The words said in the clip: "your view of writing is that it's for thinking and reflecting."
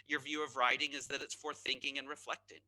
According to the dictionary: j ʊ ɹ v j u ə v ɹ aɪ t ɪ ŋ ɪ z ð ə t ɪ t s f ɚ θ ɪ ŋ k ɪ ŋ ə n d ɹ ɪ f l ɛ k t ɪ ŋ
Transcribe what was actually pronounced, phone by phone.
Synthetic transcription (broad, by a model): j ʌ ɹ v j u ə v ɹ aɪ t ɪ ŋ ɪ z ð ə t ɪ t s f ɚ θ ɪ ŋ k ɪ ŋ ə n ɹ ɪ f l ɛ k t ɪ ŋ